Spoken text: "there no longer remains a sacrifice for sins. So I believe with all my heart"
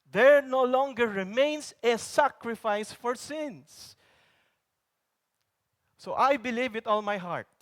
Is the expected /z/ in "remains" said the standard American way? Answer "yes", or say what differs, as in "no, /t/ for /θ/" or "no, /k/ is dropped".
no, /s/ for /z/